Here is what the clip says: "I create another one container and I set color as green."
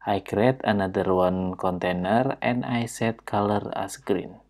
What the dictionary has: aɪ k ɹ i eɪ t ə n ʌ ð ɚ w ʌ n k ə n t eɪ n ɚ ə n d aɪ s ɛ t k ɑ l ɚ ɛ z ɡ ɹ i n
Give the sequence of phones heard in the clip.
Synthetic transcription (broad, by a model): aɪ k ɹ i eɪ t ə n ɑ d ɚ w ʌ n k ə n t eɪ n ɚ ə n aɪ s ɛ t k ɑ l ɚ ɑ s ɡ ɹ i n